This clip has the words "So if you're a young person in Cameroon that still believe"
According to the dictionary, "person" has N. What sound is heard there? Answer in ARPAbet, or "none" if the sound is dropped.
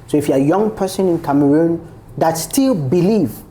N